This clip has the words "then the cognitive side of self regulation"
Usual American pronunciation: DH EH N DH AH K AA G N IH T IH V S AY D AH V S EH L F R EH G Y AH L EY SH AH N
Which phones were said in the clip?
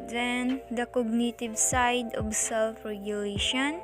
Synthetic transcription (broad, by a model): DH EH N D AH K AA G N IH T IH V S AY D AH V S EH L F R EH G Y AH L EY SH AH N